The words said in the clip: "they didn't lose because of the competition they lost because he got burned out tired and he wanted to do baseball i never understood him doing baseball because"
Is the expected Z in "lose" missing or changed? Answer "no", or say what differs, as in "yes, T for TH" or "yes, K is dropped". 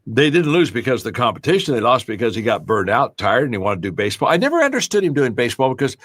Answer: no